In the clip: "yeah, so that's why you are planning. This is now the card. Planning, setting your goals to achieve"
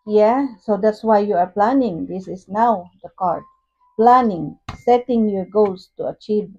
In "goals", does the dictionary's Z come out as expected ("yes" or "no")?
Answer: no